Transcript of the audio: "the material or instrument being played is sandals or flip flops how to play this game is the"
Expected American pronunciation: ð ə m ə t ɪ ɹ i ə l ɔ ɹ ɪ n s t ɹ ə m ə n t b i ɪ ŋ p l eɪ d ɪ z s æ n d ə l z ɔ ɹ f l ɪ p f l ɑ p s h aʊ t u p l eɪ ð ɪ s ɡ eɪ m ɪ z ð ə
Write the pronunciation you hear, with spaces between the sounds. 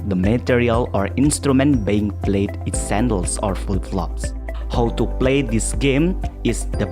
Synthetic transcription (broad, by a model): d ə m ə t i ɹ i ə l ɔ ɹ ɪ n s t ɹ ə m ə n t b i ɪ ŋ p l eɪ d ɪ s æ n d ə l s ɔ ɹ f u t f l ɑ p s h aʊ t u p l eɪ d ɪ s ɡ eɪ m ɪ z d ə